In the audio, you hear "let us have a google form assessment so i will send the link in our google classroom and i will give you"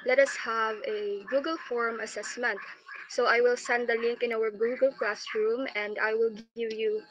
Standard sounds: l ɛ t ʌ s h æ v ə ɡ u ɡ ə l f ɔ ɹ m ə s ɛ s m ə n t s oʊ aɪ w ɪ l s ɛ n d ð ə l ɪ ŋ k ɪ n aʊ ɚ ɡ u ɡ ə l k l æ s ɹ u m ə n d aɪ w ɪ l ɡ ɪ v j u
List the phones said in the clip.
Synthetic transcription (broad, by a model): l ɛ t ʌ s h æ v ə ɡ u ɡ ə l f ɔ ɹ m ə s ɛ s m ə n t s oʊ aɪ w ɪ l s ɛ n d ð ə l ɪ ŋ k ɪ n aʊ ɚ ɡ u ɡ ə l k l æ s ɹ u m ə n d aɪ w ɪ l ɡ ɪ v j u